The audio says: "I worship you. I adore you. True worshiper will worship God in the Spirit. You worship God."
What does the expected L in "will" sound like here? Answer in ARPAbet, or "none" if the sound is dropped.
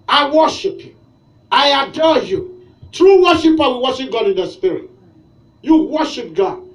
N